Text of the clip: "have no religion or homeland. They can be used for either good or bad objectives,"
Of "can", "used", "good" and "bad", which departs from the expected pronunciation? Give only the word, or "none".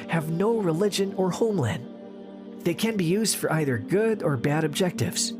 none